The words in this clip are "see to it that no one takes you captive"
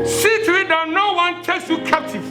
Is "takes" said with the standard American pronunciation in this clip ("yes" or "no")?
yes